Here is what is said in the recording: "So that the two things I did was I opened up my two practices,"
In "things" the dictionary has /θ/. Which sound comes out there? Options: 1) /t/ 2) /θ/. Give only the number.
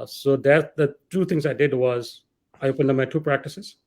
1